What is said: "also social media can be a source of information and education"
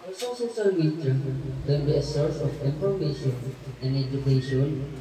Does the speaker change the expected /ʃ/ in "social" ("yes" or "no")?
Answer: yes